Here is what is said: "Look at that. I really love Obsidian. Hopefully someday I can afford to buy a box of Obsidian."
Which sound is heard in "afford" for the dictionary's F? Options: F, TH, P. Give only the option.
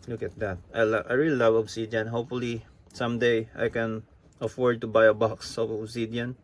F